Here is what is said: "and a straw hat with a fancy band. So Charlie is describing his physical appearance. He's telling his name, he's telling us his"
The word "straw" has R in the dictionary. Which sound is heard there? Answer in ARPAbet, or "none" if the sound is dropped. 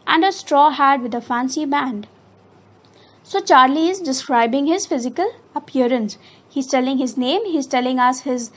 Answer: R